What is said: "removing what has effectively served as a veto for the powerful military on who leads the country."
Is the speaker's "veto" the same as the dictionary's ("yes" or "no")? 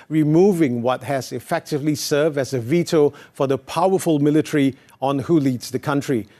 yes